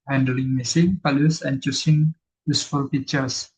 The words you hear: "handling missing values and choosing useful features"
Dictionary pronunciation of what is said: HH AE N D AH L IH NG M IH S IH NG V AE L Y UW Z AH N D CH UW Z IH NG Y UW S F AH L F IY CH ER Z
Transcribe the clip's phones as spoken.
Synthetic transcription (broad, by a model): HH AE N D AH L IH NG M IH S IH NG P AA L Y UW S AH N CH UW S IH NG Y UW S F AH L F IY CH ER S